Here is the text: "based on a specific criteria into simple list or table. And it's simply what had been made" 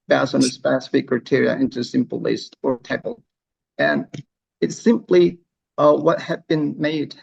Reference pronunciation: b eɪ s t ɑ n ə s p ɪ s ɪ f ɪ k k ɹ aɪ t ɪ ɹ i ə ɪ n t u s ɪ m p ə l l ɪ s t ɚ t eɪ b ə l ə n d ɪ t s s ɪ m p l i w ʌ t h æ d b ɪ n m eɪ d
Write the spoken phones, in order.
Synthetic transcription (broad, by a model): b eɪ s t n ə s p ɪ s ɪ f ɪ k k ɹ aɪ t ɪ ɹ i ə ɪ n t u s ɪ m p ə l l ɪ s t ɚ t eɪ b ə l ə n ɪ t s s ɪ m p l i w ʌ t h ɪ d b ɪ n m eɪ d